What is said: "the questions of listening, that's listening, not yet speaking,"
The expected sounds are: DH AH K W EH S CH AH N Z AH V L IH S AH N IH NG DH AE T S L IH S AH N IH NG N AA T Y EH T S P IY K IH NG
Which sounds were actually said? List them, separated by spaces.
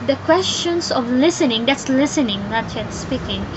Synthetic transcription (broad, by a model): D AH K W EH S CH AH N S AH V L IH S AH N IH NG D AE T S L IH S AH N IH NG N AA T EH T S P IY K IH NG